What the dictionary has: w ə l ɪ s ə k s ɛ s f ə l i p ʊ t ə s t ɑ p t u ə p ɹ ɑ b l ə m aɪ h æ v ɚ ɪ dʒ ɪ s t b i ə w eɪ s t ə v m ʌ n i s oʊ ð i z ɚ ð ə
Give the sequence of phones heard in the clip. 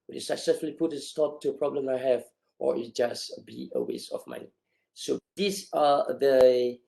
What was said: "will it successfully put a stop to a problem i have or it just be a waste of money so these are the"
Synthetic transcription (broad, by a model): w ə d ɪ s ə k s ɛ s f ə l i p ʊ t ə s t ɑ p t u ə p ɹ ɑ b l ə m aɪ h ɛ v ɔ ɪ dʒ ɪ s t b i ə w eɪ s ə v m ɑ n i s oʊ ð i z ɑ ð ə